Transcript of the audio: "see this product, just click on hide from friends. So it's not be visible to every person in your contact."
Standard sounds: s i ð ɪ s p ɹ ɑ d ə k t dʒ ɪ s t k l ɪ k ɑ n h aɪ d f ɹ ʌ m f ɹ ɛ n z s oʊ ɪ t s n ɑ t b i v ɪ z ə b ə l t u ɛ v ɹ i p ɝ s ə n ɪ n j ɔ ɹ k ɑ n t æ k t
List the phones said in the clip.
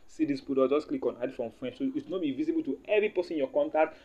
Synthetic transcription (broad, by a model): s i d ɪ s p ɑ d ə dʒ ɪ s k l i k ɑ n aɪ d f ɹ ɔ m f ɹ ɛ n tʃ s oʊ ɪ t s n ɑ t b i v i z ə b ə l t u ɛ v ɹ i p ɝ s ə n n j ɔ k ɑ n t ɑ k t